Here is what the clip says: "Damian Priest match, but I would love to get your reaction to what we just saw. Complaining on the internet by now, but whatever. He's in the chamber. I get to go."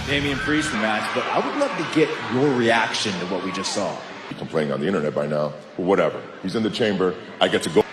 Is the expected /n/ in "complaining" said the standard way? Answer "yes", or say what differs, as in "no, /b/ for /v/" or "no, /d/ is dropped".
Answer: no, /n/ is dropped